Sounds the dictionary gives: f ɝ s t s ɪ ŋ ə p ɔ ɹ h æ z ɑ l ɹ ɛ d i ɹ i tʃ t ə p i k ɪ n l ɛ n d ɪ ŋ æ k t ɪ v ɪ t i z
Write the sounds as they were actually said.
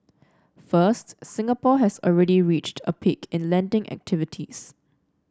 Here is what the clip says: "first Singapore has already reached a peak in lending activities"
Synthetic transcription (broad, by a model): f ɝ s t s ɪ ŋ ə p ɔ h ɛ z ɑ l ɹ ɛ d i ɹ i tʃ t ə p i k ɪ n l ɛ n d ɪ ŋ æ k t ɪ v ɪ t i s